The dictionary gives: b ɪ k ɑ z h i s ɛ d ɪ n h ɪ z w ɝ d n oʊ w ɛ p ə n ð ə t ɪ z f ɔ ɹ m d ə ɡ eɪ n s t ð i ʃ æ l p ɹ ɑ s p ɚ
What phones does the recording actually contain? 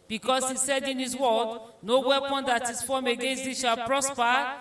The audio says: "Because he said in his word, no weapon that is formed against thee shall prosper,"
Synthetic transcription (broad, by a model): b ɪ k ɑ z h i s ɛ d ɪ n h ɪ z w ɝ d n oʊ w ɛ p ə n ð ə t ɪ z f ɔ m ə ɡ eɪ n s t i ʃ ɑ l p ɹ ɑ s p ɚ